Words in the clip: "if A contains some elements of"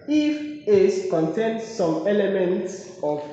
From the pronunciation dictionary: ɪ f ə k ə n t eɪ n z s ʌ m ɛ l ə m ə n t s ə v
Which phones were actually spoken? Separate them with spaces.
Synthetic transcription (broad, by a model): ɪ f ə k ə n t eɪ n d s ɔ m ɛ l ə m ə n t s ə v